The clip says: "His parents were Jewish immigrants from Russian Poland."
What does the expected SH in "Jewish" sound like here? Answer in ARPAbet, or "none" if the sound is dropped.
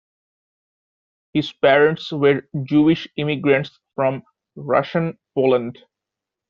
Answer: SH